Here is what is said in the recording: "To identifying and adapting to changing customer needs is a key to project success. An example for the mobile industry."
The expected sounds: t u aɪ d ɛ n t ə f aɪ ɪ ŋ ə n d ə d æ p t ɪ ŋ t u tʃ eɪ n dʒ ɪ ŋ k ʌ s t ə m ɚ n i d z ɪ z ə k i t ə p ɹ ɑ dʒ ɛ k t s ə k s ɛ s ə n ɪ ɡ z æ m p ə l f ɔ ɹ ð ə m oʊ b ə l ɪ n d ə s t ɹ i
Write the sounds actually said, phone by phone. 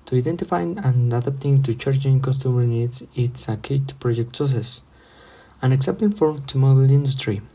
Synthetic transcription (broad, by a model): t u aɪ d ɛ n t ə f aɪ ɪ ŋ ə n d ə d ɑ p t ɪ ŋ t u tʃ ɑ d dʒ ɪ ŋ k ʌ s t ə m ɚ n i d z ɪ s ə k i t p ɹ ɑ dʒ ɛ k t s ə s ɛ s ə n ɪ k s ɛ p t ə n f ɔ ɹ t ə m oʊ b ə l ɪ n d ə s t ɹ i